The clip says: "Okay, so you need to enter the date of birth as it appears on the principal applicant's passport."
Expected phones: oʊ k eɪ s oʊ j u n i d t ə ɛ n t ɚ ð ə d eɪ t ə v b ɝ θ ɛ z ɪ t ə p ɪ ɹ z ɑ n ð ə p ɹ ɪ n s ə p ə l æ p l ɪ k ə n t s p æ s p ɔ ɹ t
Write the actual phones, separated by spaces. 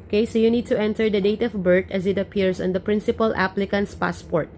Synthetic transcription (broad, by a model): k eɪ s oʊ j u n i d t ə ɛ n t ɚ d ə d eɪ t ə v b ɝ t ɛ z ɪ t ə p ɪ ɹ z ɑ n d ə p ɹ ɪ n s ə p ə l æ p l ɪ k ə n t s p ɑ s p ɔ ɹ t